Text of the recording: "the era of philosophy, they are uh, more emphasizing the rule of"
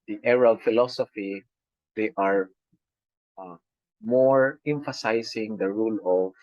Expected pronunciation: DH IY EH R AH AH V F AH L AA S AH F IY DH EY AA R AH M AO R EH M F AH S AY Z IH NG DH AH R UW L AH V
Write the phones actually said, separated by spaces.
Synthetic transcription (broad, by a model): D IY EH R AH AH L F AH L AA S AH F IY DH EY AA R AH M AO R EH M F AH S AY S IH NG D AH R UW L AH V